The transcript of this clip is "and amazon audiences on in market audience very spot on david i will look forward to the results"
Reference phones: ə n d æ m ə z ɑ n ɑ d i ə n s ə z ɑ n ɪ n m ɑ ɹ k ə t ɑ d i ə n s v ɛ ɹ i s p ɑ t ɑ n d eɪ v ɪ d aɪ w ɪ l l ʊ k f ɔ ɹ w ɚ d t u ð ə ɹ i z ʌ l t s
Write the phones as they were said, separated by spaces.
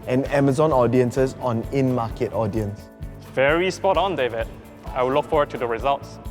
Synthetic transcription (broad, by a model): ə n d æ m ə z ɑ n ɑ d i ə n s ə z ɑ n ɪ n m ɑ k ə t ɑ d i ə n s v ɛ ɹ i s p ɑ t ɑ n d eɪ v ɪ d aɪ w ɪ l l ʊ k f ɔ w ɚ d t u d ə ɹ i z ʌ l t s